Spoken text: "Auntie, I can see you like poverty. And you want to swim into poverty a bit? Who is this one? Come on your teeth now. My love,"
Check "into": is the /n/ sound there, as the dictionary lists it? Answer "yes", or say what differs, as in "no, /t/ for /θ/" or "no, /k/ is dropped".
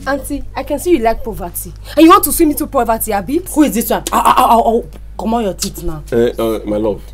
no, /n/ is dropped